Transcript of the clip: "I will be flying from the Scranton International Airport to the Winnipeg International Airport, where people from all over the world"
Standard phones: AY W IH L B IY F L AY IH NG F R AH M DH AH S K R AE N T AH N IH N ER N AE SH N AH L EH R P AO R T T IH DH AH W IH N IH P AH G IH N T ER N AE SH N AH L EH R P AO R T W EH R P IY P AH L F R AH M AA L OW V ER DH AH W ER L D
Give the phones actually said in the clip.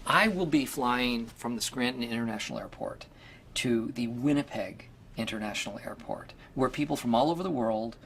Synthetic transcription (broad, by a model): AY W IH L B IY F L AY IH NG F R AH M DH AH S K R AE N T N IH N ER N AE SH N L EH R P AO R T T IH DH AH W IH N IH P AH G IH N T ER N AE SH N L EH R P AO R T W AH R P IY P L F R AH M AA L OW V ER DH AH W ER L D